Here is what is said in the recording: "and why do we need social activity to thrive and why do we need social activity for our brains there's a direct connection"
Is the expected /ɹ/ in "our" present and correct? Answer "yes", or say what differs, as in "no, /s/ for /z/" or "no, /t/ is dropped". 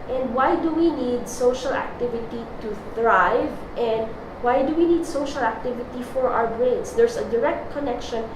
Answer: no, /w/ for /ɹ/